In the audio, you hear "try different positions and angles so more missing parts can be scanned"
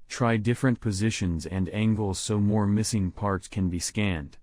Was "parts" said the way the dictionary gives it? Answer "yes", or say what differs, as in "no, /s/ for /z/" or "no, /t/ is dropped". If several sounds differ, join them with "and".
yes